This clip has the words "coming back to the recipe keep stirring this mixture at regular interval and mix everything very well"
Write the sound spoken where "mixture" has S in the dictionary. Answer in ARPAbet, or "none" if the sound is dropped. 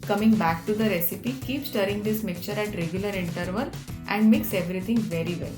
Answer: none